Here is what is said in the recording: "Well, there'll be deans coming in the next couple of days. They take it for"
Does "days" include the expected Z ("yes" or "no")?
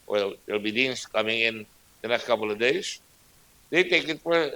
no